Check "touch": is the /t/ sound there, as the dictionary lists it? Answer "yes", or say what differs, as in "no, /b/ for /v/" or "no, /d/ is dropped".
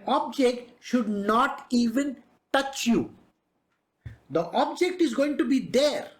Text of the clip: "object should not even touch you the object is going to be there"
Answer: yes